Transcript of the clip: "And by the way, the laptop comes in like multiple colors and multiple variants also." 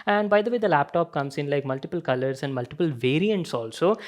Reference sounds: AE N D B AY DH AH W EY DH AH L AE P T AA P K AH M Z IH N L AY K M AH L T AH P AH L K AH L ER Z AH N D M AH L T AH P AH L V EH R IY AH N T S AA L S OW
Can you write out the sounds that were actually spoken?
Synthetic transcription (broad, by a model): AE N D B AY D AH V EY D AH L AE P T AA P K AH M S IH N L AY K M AH L T AH P AH L K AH L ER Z AH N D M AH L T AH P AH L V EH R IY AH N T S AA L S OW